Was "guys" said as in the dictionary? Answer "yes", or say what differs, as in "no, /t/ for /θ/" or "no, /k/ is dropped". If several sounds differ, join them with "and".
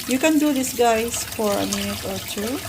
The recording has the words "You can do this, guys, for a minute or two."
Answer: no, /s/ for /z/